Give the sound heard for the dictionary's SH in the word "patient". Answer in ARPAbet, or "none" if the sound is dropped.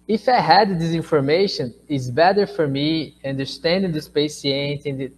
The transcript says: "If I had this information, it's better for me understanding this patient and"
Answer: S